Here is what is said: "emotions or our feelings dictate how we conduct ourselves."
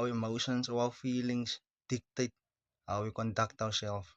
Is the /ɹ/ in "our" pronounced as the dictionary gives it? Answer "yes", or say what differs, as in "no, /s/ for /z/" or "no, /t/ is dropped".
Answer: no, /w/ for /ɹ/